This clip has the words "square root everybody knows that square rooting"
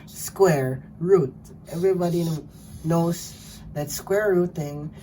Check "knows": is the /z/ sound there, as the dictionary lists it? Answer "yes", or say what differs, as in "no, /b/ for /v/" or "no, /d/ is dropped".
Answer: no, /s/ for /z/